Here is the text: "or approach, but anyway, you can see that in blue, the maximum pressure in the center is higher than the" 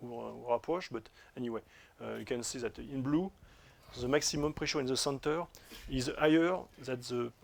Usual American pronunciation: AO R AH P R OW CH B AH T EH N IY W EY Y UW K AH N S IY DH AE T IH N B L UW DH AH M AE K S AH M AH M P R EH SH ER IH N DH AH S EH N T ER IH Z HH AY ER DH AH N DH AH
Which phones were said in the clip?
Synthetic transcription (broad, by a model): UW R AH P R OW SH B AH T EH N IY W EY Y UW K AH N S IY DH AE T IH N B L UW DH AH M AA K S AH M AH M P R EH SH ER IH N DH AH S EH N T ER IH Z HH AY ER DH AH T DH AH